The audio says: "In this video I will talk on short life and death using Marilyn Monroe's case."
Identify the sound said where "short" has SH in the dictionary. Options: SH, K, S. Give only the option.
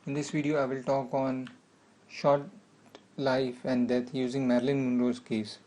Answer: SH